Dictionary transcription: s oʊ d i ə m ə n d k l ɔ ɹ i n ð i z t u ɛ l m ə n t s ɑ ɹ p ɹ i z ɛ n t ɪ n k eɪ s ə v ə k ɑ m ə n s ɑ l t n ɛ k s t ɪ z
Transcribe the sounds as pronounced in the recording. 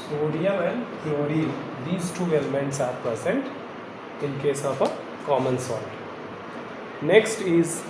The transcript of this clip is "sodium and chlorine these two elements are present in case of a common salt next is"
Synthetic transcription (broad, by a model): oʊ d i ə m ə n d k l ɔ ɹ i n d i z t u ɛ l m ə n t s ɑ ɹ p ɹ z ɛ n t ɪ n k eɪ s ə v ə k ɑ m ə n s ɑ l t n ɛ k s t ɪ z